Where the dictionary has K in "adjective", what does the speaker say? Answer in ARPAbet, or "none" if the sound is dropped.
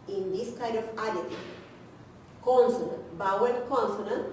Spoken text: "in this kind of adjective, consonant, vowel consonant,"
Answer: none